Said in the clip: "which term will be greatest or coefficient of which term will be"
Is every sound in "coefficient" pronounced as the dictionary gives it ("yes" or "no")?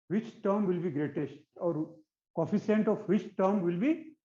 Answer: no